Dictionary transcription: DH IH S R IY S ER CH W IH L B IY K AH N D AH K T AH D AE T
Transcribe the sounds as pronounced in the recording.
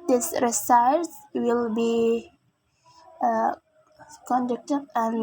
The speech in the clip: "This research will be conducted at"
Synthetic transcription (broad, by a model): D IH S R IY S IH S W IH L B IY K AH N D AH K T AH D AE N